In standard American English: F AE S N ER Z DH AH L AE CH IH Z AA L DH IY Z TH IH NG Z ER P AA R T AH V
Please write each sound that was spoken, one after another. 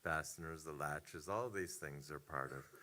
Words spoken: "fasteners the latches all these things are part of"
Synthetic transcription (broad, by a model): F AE S N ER Z DH AH L AE CH IH Z AA L DH IY Z TH IH NG Z ER P AA R T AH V